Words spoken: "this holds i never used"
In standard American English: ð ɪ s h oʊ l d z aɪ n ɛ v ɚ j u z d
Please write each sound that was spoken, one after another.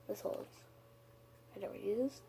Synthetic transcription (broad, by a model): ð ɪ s h oʊ l d z aɪ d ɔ w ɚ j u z